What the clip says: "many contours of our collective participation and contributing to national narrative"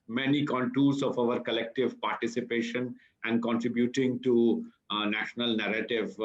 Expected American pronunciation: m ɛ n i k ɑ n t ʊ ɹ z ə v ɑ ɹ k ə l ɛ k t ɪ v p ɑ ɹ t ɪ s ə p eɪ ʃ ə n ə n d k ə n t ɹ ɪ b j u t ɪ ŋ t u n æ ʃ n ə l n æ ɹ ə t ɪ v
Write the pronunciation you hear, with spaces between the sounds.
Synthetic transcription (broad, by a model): m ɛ n i k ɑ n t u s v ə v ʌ ɹ k ə l ɛ k t ɪ v p ɑ ɹ t ɪ s ə p eɪ ʃ ə n ə n d k ə n t ɹ ɪ b j u t ɪ ŋ t u n æ ʃ n ə l n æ ɹ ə t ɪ v